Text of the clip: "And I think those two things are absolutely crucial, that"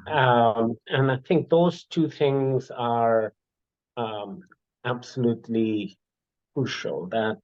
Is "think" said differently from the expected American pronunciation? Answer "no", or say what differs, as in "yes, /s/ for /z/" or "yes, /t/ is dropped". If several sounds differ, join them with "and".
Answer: no